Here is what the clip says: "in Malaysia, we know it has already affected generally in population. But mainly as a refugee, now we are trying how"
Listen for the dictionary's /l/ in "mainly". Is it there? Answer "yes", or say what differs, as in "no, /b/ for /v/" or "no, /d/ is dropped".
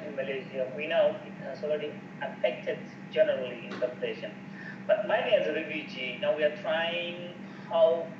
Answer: no, /l/ is dropped